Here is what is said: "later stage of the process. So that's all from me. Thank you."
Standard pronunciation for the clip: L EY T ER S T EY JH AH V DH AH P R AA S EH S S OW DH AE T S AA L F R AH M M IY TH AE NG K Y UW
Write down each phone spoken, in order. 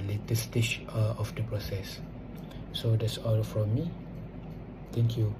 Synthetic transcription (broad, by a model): L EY T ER S T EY CH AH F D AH P R AA S EH S S OW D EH T S AA L F R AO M M IY T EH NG K Y UW